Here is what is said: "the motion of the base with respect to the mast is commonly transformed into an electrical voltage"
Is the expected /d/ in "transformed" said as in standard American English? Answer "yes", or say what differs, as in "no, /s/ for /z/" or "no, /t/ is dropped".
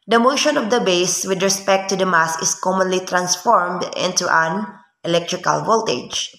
yes